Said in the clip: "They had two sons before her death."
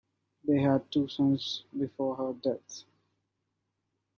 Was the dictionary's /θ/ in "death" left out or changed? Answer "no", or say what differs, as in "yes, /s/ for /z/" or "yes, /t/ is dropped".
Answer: yes, /t/ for /θ/